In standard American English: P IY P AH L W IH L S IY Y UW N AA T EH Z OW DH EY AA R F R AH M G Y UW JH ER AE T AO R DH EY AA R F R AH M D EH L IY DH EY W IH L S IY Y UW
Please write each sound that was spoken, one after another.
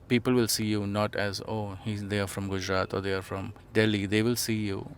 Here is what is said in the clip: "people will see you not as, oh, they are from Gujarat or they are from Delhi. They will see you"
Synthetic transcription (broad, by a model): P IY P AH L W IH L S IY Y UW N AA T EH Z OW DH EY AA R F R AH M G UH JH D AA T AO R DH EY AA R F R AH M D EH L IY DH EY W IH L S IY Y UW